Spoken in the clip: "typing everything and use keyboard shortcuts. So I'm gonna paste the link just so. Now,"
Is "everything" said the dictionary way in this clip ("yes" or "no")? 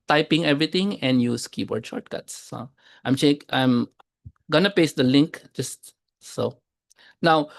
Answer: no